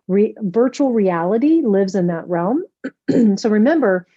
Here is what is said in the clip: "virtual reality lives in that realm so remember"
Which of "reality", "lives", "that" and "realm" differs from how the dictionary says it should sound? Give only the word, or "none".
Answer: none